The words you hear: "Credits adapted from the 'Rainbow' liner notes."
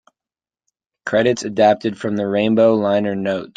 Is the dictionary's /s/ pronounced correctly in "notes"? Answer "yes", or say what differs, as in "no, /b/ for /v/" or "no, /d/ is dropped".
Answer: no, /s/ is dropped